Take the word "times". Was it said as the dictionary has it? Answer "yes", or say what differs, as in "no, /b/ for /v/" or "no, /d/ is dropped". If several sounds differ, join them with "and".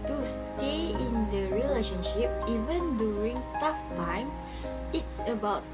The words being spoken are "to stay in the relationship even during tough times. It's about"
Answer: no, /z/ is dropped